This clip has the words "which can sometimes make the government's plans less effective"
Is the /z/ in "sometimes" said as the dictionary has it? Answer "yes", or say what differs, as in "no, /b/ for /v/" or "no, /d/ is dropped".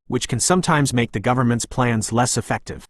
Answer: yes